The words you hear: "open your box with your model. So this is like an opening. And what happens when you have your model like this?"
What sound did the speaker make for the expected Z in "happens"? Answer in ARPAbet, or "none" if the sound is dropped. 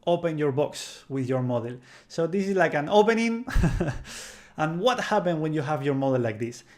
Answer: none